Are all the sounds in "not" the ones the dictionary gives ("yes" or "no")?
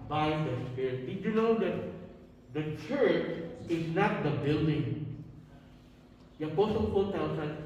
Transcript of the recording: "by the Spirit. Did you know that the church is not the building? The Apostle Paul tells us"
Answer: yes